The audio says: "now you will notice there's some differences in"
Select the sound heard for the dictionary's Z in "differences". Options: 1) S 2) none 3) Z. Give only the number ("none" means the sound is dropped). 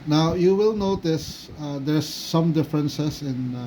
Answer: 1